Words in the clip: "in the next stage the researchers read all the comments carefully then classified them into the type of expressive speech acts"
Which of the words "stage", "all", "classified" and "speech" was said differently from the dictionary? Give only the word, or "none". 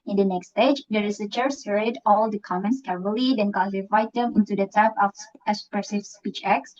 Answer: classified